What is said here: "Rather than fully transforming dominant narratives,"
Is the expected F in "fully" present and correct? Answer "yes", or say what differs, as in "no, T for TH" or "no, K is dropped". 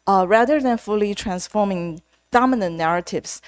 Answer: yes